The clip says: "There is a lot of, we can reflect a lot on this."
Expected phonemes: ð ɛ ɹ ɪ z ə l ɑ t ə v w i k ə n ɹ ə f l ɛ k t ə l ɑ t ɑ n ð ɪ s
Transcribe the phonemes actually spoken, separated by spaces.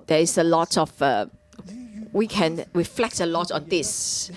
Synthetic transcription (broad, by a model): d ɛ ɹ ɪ s ə l ɑ t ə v w i k ə n ɹ ə f l ɛ k t ə l ɑ t ɑ n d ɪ s